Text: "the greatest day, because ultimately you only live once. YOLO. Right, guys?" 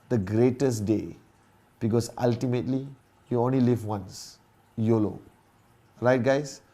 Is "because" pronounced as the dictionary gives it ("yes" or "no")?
no